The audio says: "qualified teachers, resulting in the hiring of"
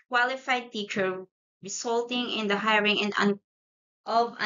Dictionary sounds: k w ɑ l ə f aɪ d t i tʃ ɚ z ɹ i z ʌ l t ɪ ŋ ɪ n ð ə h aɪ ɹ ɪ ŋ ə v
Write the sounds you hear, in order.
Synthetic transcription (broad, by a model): k w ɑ l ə f aɪ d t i tʃ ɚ ɹ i s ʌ l t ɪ ŋ ɪ n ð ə h aɪ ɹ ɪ ŋ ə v